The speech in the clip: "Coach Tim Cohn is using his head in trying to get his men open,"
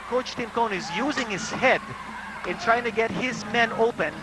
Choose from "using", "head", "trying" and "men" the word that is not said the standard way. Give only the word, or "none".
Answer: none